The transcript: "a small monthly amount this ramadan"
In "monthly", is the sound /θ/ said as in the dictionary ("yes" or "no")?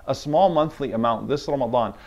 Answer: yes